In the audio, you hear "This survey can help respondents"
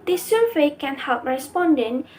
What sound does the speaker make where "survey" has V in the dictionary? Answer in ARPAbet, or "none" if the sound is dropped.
none